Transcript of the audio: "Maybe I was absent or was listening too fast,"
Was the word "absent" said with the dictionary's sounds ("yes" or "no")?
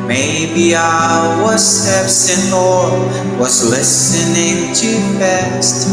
no